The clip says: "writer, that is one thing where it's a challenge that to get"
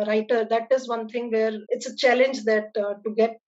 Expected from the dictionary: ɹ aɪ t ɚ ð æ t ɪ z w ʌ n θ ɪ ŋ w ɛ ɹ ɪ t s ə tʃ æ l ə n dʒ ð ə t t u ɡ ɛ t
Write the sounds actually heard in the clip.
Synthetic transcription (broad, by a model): ɹ aɪ t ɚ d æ t ɪ z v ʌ n t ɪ ŋ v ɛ ɹ ɪ t s ə tʃ æ l ə n dʒ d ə t t u ɡ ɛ t